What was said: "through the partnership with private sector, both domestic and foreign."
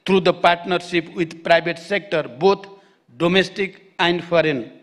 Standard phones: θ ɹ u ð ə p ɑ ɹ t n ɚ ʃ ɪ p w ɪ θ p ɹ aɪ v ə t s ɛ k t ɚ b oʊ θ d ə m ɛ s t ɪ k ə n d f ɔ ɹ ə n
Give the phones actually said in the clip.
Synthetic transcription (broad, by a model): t ɹ u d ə p ɑ ɹ t n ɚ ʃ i p w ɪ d p ɹ aɪ b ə t s ɛ k t ɚ b oʊ t d ə m ɛ s t ɪ k ə n d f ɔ ɹ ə n